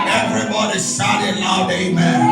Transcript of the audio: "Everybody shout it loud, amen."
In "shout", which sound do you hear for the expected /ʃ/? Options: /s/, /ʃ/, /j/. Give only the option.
/s/